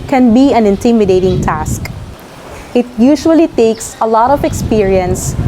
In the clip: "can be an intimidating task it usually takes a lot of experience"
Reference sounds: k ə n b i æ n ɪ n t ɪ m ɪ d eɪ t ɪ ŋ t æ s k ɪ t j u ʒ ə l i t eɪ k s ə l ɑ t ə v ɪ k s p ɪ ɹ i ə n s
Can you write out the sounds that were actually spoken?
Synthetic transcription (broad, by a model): k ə n b i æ n ɪ n t ɪ m ɪ d eɪ t ɪ ŋ t æ s k ɪ t j u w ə l i t eɪ k s ə l ɑ t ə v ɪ k s p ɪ ɹ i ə n s